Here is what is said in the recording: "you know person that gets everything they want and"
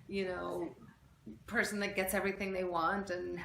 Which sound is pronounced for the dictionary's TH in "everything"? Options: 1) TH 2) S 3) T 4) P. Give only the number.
1